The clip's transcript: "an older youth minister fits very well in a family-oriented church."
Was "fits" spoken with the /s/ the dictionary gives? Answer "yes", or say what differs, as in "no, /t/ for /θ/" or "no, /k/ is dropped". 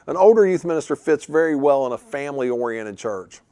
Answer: yes